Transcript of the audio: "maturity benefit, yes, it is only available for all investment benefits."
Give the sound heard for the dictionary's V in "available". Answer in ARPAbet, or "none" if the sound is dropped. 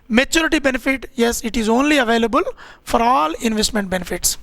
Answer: V